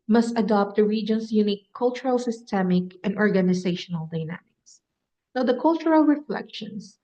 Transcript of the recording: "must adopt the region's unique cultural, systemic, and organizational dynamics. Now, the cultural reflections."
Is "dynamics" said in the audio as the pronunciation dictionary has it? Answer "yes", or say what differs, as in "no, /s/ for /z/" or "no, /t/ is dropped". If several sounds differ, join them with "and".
yes